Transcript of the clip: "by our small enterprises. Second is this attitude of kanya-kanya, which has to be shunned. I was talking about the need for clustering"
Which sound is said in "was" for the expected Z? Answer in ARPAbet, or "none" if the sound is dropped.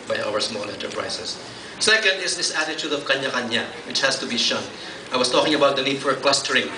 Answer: S